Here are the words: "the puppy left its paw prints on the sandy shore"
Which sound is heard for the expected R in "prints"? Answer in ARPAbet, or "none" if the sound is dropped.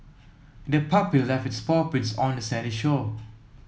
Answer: none